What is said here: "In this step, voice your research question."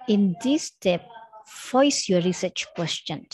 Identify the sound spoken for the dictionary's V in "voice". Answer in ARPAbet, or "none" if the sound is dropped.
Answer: F